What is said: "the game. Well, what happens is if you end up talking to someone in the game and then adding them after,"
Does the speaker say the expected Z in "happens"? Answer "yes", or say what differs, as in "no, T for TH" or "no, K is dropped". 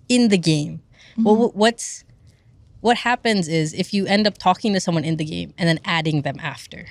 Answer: yes